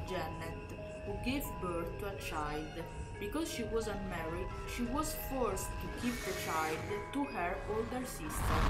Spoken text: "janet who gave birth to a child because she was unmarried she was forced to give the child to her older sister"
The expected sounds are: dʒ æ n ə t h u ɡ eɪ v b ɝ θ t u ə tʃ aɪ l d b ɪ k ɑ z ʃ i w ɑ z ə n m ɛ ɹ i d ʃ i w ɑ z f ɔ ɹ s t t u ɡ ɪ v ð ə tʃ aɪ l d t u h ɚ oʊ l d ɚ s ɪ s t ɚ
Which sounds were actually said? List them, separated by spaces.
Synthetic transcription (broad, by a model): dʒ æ n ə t h u ɡ eɪ v b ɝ t u ə tʃ aɪ l d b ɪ k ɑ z ʃ i w ɑ z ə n m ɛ ɹ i ʃ i w ɑ z f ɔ ɹ s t t u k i p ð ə tʃ aɪ l d t u h ɚ oʊ l d ɚ s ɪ s t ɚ